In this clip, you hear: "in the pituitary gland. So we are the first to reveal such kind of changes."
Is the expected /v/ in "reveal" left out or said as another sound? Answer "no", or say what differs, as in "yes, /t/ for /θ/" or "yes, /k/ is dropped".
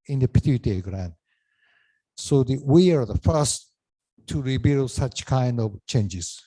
yes, /b/ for /v/